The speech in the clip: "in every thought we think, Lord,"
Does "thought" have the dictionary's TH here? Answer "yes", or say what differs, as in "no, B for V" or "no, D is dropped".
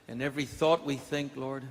yes